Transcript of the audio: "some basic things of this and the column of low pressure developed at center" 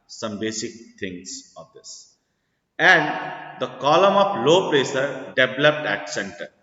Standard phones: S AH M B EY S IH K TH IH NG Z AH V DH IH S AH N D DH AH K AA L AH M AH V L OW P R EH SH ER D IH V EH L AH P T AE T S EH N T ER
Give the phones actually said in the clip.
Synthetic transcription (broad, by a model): S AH M B EY S IH K T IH NG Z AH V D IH S AH N D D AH K AA L AH M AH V L OW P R EH S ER D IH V L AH P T AE T S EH N T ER